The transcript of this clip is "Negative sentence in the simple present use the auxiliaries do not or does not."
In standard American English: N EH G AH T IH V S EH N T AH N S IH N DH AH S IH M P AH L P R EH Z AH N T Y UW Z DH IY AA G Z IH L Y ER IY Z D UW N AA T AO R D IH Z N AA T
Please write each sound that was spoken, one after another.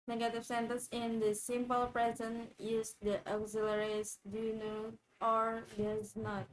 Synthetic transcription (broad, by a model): N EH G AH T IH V S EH N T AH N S IH N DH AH S IH M P AH L P R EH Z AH N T Y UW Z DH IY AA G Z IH L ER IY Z D UW N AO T AO R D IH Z N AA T